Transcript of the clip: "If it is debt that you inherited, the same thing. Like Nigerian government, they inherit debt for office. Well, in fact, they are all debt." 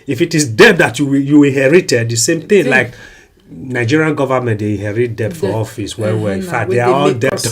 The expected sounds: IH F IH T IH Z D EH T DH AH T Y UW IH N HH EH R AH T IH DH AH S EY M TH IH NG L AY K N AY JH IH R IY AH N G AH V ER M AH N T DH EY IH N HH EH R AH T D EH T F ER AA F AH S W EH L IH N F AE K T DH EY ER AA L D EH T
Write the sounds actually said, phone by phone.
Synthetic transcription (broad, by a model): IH F IH T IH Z D EH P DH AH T Y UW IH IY HH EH R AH T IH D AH S EY M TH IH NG L AY K N AY JH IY R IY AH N G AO V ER M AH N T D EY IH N HH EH R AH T D EH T F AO AA F AH S W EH W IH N F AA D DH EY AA AA L D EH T